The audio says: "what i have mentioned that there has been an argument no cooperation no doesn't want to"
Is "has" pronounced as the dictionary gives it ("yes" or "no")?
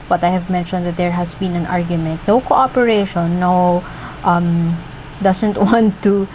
no